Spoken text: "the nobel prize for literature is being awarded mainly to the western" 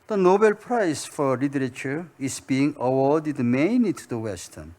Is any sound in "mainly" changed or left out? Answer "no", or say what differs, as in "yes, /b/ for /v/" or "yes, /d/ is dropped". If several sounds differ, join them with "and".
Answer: yes, /l/ is dropped